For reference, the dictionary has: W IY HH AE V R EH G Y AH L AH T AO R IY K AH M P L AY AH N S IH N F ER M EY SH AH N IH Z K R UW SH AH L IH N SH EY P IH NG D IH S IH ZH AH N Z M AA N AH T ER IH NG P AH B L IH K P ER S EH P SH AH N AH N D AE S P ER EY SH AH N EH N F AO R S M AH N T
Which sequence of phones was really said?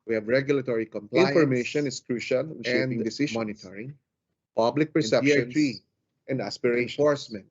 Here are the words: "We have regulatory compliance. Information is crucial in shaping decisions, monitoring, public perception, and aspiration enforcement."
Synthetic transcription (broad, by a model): W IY HH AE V R EH G Y AH L AH T AO R IY K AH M P L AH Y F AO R M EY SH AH N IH S K R UW SH AH L IH N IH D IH S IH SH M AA N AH T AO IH NG P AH B L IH K P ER S EH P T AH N AH N D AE S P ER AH EH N F AO R S M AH N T